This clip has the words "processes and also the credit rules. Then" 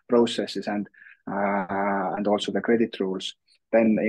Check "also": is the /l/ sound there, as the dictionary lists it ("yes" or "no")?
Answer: yes